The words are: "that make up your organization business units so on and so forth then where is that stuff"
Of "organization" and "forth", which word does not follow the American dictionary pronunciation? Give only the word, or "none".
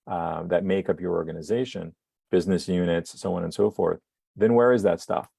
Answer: none